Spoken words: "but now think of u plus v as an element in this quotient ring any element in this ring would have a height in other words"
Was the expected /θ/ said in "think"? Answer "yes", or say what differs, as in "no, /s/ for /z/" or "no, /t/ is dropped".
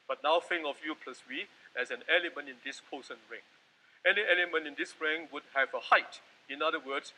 no, /f/ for /θ/